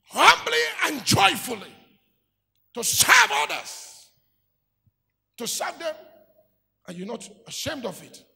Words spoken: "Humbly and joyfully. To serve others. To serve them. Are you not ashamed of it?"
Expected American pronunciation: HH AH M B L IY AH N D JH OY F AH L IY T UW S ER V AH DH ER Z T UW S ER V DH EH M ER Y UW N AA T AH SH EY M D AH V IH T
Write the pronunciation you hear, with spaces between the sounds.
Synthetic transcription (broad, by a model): HH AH M B L IY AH N JH OY F AH L IY T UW S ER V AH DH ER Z T UW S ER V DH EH M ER Y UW N AA T AH SH EY M D AH V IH T